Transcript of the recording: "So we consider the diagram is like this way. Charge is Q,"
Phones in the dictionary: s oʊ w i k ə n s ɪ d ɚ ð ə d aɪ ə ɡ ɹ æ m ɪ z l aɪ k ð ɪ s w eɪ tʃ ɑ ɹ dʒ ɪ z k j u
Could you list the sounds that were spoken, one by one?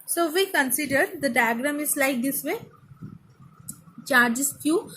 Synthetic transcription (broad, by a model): s oʊ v i k ə n s ɪ d ɚ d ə d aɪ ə ɡ ɹ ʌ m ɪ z l aɪ k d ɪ s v eɪ tʃ ɑ ɹ dʒ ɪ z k j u